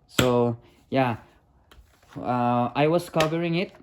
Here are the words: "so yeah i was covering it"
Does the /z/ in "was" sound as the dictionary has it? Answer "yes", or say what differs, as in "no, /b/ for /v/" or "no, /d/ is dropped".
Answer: no, /s/ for /z/